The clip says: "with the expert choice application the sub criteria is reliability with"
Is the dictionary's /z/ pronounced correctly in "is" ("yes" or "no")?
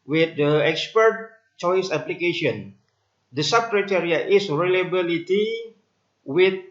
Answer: no